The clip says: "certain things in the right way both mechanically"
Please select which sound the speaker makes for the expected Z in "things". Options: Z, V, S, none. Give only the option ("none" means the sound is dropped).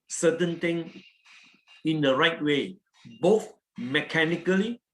none